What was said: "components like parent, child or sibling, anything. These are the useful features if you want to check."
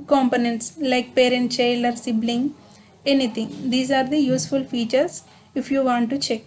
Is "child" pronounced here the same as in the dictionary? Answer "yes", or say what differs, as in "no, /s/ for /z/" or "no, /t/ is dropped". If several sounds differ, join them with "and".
no, /d/ is dropped